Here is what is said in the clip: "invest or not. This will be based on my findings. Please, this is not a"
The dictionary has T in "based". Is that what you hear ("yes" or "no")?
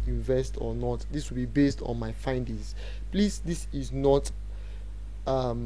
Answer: yes